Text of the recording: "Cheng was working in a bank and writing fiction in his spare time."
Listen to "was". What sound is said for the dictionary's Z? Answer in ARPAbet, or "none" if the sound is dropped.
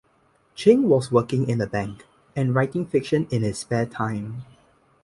S